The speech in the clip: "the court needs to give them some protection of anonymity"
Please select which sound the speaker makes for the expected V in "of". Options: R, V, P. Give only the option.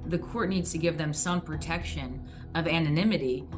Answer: V